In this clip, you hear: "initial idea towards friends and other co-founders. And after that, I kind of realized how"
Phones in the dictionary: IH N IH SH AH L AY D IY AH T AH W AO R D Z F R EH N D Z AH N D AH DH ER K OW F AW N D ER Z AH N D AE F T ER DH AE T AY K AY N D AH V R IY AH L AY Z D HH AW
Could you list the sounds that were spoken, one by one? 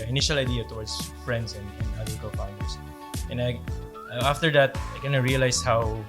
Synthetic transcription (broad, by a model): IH N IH SH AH L AY D IY AH T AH W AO R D S F R EH N D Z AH N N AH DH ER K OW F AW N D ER S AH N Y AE F T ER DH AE T AY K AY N AH R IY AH L AY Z HH AW